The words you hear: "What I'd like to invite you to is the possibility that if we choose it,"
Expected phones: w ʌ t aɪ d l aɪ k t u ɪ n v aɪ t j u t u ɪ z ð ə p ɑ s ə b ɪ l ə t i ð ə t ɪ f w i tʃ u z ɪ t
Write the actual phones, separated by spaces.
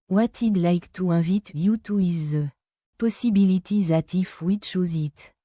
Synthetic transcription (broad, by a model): w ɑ t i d l aɪ k t u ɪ v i t j u t u ɪ z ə p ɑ s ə b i l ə t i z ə t ɪ f w i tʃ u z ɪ t